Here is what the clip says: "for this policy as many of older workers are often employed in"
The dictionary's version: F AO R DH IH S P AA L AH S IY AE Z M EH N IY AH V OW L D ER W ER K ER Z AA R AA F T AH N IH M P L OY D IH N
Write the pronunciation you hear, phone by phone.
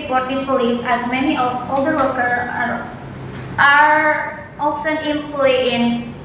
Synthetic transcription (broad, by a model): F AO R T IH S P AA L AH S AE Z M EH N IY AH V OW L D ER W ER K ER AA R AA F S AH N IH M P L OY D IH N